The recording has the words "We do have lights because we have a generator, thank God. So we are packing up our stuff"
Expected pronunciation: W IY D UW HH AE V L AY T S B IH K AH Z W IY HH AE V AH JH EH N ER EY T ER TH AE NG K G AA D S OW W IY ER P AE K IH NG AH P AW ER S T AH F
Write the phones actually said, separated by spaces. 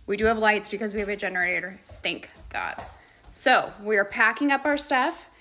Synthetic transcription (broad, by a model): W IY D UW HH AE V L AY T S B IH K AH Z W IY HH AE V AH JH EH N ER EY T ER TH AE NG K G AA D S OW W IY ER P AE K IH NG AH P AW ER S T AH F